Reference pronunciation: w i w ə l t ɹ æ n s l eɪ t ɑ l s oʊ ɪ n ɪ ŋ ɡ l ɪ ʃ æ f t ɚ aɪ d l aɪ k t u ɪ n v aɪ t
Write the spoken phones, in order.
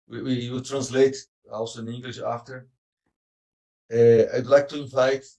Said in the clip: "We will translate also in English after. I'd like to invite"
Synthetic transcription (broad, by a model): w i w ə w t ɹ æ n s l eɪ t ɑ l s oʊ ɪ n ɪ ŋ ɡ l ɪ ʃ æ f t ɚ aɪ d l aɪ k t u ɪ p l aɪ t